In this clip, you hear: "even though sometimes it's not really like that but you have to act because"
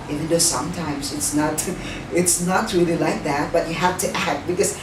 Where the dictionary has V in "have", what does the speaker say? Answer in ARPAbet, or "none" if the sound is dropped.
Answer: F